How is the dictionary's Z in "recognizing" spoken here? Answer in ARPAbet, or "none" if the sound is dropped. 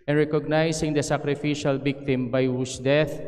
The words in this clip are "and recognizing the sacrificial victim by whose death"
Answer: S